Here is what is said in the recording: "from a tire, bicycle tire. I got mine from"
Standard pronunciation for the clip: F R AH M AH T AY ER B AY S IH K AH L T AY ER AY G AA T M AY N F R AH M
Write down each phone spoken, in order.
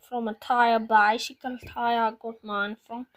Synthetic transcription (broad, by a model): F R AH M AH T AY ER B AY SH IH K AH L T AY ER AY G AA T M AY N F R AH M